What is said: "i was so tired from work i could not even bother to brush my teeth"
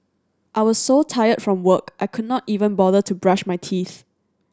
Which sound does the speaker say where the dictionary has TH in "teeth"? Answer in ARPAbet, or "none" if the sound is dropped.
TH